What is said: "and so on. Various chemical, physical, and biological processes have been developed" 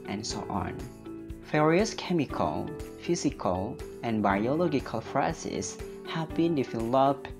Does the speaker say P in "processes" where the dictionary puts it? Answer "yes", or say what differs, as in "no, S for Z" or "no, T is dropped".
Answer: no, F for P